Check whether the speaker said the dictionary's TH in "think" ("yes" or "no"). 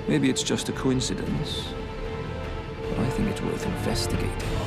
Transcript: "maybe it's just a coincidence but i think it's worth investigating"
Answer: yes